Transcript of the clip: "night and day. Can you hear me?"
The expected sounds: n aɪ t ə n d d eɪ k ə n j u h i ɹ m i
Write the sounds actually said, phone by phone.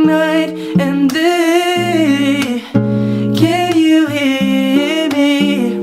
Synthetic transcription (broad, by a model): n aɪ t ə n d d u k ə l j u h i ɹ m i